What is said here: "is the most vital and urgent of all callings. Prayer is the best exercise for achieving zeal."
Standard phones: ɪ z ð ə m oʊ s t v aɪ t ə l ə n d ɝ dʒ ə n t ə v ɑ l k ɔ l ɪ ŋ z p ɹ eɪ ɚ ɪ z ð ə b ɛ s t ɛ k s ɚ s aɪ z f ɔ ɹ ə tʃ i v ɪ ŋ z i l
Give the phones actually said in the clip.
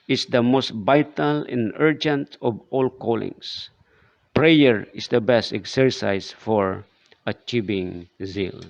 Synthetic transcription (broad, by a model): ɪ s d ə m oʊ s t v aɪ t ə l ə n ɝ dʒ ə n t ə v ɑ l k ɔ l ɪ ŋ s p ɹ eɪ ɚ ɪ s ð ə b ɛ s t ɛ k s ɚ s aɪ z f ɔ ɹ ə tʃ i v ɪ ŋ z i l